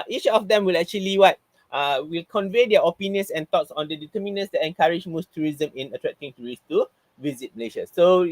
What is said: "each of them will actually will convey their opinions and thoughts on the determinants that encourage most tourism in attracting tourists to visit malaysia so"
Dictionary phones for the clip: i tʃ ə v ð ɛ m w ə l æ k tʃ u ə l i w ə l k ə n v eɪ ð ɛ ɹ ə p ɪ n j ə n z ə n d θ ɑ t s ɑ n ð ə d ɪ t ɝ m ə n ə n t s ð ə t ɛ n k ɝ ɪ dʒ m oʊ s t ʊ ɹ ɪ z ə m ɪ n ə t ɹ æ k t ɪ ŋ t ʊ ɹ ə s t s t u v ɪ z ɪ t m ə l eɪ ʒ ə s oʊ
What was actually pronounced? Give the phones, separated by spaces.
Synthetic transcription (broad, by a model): i tʃ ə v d ɛ m w ə l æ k tʃ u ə l i w ə l k ə n v eɪ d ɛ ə p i n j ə n s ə n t ɑ t s ɑ n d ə d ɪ t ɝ m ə n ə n s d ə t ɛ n k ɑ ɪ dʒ m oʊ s t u ɹ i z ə m ɪ n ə t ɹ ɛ k t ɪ ŋ t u ɹ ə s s t u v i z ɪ t m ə l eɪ ʃ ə s oʊ